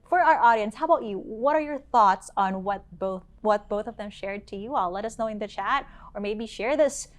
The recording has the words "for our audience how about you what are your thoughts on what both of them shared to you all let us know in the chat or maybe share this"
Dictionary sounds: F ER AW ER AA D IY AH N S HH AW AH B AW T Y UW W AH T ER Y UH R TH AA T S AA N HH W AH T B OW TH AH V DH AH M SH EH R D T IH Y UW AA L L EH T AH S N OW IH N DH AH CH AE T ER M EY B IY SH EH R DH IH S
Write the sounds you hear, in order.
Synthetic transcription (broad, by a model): F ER AW ER AA D IY AH N S HH AW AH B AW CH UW W AH T ER Y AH R TH AA T S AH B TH W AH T B OW TH AH V DH AH M SH EH R D T IH Y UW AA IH L EH T AH S N OW IH N DH AH CH AE T ER M EY B IY SH EH R DH IH S